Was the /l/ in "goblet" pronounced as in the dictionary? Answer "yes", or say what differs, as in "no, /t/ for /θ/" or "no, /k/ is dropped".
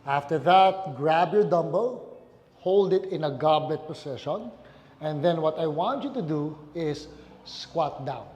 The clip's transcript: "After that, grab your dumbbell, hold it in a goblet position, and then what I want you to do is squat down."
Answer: yes